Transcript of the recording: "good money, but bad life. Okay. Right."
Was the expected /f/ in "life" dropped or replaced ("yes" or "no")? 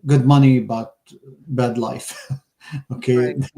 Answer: no